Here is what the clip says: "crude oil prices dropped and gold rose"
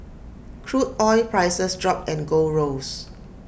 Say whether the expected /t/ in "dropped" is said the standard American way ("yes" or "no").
no